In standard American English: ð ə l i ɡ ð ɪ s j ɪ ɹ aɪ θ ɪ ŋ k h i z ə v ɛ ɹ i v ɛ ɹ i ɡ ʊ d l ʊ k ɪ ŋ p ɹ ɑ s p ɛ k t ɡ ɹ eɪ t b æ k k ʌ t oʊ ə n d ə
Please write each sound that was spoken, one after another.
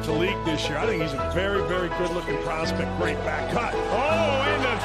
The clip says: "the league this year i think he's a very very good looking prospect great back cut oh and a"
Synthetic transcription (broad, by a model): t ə l i ɡ ð ɪ s j ɪ ɹ aɪ θ ɪ ŋ k h i z ə v ɛ ɹ i v ɛ ɹ i ɡ ʊ d l ʊ k ɪ ŋ p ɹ ɑ s p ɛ k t ɡ ɹ eɪ t b æ k k ʌ t oʊ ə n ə